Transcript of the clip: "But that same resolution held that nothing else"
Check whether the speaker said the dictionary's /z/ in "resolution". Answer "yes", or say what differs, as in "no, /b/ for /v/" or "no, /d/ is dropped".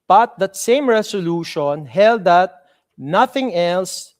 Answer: no, /s/ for /z/